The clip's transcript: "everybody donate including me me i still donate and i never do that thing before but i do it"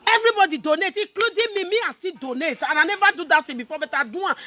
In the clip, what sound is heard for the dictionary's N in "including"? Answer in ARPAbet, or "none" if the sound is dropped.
none